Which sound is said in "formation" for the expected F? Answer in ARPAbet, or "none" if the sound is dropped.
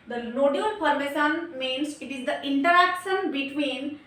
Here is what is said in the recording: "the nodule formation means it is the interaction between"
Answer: P